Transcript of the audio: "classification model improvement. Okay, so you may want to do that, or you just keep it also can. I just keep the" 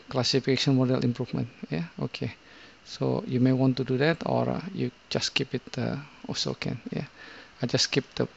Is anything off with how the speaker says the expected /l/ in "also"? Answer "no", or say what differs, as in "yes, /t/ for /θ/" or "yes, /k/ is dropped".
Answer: yes, /l/ is dropped